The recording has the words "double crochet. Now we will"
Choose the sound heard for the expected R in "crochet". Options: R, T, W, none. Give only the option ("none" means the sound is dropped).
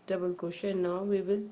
none